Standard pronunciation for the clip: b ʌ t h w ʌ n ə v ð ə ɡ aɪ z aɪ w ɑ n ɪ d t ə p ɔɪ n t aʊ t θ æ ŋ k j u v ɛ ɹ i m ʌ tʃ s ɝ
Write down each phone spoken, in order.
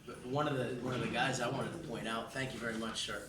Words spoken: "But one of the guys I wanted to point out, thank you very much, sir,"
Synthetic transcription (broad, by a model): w ʌ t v w ʌ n ə v ð ə ɡ aɪ z aɪ w ɑ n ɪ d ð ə p ɔɪ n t aʊ t θ æ ŋ k j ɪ v ɛ ɹ i m ʌ tʃ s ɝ